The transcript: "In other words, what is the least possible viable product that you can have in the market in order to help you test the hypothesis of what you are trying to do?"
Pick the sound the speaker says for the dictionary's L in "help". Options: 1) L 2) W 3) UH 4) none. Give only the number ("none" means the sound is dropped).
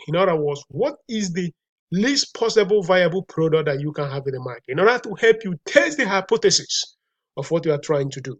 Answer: 1